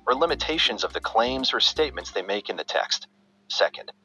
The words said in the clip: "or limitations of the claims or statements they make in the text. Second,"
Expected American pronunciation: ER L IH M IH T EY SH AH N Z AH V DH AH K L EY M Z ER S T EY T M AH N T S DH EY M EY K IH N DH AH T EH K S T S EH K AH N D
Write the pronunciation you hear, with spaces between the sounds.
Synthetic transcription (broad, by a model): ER L IH M IH T EY SH AH N Z AH V DH AH K L EY M Z ER S T EY T M AH N T S DH EY M EY K IH N DH AH T EH K S T S EH K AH N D